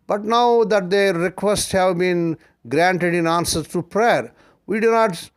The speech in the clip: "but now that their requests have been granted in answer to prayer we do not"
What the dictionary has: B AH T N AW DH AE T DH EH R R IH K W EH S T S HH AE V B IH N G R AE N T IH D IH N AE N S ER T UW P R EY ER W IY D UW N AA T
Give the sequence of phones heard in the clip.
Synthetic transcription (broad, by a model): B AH T N AW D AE T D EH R R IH K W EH S T HH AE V B IH N G R AE N T IH D IH N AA N S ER T UW P R EY ER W IY D UW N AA T